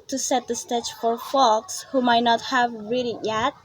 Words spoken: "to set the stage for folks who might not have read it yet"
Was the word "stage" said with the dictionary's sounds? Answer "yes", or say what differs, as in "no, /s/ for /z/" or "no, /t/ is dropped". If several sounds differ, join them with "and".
no, /tʃ/ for /dʒ/